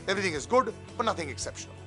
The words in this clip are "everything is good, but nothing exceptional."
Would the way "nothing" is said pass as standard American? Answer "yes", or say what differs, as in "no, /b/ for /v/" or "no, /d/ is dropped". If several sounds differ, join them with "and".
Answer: yes